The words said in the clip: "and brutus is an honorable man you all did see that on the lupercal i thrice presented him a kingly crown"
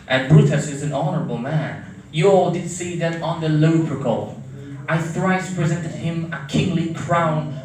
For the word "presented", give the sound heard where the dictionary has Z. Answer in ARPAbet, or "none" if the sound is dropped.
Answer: Z